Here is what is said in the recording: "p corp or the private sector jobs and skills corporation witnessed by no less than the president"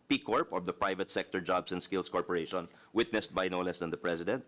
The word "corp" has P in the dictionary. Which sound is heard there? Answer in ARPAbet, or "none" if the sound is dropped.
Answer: P